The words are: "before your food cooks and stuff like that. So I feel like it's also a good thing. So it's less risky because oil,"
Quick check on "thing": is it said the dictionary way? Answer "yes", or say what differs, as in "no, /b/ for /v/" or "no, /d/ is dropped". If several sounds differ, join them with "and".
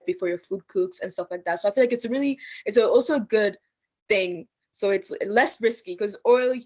yes